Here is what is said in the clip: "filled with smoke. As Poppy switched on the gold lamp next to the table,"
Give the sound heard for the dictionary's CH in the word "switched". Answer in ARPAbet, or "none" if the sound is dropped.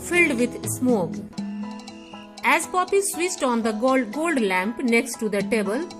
S